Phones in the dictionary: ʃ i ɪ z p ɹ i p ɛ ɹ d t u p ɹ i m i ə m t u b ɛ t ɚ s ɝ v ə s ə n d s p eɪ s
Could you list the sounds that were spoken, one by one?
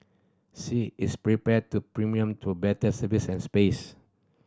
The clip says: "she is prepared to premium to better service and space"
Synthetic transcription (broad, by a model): s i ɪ s p ɹ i p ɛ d t u p ɹ i m i ə m t u b ɛ t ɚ s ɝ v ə s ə n s p eɪ s